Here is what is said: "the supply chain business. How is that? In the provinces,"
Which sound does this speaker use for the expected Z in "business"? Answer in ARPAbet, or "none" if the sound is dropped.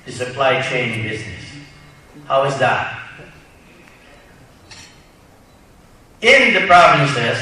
Z